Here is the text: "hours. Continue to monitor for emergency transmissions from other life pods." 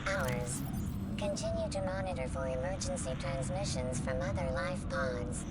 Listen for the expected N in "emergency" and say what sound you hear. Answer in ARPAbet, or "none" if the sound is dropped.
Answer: N